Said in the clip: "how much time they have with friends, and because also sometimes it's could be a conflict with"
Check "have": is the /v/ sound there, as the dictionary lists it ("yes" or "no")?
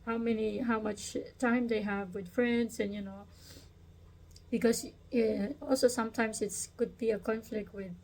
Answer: yes